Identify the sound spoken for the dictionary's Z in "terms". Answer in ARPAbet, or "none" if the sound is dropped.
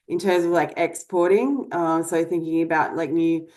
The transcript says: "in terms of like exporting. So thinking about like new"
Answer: Z